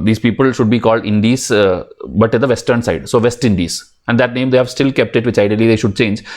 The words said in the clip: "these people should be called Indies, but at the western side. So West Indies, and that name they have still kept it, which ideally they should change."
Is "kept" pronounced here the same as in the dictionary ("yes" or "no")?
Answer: yes